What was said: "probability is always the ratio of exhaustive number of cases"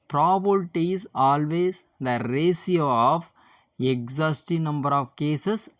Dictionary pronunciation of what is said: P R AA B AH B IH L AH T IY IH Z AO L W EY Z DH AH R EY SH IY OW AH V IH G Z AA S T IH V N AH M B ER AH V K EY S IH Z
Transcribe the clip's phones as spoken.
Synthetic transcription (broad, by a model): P R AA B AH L T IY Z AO L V EY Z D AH R EY S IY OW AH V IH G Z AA S T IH N AH M B ER AH V K EY S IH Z